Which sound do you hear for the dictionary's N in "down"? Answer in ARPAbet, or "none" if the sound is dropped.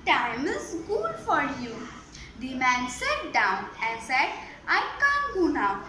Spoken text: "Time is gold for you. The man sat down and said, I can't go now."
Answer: N